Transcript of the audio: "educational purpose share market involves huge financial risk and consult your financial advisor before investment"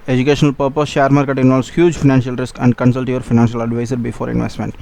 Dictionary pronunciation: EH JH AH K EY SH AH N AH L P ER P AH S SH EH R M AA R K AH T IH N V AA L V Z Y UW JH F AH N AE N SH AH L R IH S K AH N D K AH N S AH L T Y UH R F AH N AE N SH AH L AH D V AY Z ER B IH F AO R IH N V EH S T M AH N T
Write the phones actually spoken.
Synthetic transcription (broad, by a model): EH JH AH K EY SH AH N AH L P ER P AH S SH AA R M AA R K AH T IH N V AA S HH Y UW JH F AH N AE N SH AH L R IH S K AH N D K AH N S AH L T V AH R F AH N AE N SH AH L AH D V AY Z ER B IH F AO R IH N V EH S T M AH N T